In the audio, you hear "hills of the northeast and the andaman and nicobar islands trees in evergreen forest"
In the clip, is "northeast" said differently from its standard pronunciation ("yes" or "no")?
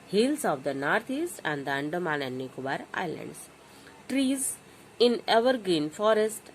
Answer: yes